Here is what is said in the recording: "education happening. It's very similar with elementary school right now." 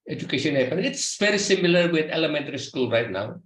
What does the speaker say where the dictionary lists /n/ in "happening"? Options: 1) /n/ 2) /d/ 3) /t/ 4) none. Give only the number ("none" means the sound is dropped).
4